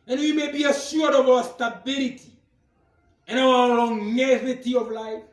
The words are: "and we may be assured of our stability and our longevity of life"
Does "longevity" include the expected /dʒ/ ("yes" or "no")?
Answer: no